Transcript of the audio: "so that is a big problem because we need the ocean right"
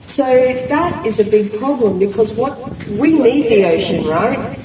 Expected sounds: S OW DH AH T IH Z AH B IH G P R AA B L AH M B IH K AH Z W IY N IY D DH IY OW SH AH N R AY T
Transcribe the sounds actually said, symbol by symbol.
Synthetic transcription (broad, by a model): S OW DH AH T IH Z AH B IH G P R AA B L AH M B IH K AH Z W IY N IY D DH IY OW SH AH N R AY T